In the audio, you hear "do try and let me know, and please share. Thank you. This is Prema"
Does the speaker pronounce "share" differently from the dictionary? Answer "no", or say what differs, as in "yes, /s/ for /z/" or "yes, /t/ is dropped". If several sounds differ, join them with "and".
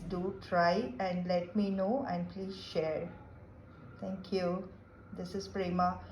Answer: no